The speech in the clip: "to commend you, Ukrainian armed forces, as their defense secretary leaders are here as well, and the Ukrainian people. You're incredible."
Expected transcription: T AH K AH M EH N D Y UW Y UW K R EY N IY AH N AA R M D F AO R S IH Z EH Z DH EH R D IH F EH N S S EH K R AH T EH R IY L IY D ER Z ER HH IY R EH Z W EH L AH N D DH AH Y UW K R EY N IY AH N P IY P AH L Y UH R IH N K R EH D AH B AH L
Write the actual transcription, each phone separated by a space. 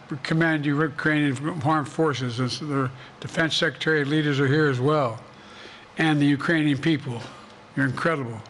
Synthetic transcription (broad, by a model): K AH M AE N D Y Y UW K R EY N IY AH N AA R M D F AO R S IH Z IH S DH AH R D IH F EH N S S EH K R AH T EH R IY L IY D ER Z ER HH IY R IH Z W EH L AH N DH AH Y UW K R EY N IY AH N P IY P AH L Y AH R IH N K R EH D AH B L